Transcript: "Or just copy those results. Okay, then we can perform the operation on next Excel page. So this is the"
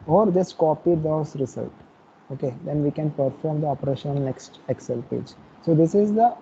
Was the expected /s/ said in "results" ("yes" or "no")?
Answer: no